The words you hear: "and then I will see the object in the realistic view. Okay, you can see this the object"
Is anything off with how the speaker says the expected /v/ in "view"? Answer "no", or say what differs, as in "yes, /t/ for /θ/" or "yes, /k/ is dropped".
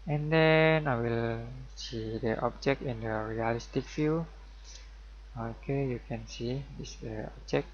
yes, /f/ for /v/